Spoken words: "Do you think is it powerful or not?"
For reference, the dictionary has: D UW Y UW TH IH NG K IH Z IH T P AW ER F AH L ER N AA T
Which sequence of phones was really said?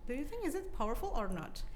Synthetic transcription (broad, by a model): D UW Y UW TH IH NG K IH Z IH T P AW ER F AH L ER N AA T